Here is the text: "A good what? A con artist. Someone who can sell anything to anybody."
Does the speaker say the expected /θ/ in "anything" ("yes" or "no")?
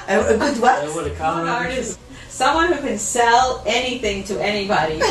yes